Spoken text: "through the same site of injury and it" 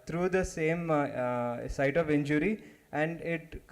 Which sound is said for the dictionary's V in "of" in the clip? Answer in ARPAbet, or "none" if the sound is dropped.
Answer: V